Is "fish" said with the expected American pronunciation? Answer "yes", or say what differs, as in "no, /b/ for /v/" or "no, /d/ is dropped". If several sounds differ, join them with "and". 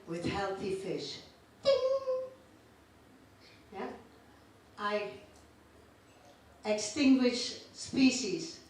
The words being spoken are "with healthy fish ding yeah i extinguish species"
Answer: yes